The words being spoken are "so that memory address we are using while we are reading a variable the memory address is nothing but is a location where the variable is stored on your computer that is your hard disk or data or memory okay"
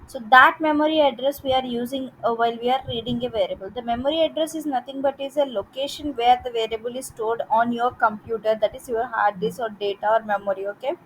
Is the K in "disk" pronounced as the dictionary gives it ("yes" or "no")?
no